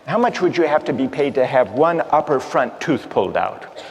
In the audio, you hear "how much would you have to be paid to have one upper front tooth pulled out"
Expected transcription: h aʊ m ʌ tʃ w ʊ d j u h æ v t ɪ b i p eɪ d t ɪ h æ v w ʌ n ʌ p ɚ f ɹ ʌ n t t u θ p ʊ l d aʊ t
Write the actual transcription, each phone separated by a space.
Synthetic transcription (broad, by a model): h aʊ m ʌ tʃ w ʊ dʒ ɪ h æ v t ɪ b i p eɪ d t ɪ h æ v w ʌ n ʌ p ɚ f ɹ ʌ n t t u θ p ʊ l d aʊ t